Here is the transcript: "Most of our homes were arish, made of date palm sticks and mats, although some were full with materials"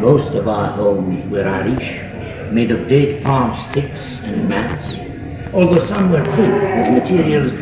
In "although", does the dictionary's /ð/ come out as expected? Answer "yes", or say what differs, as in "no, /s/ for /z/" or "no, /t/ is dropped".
yes